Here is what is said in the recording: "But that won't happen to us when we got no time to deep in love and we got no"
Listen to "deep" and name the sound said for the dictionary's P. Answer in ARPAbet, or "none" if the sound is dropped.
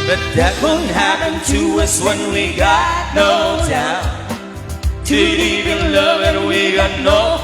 none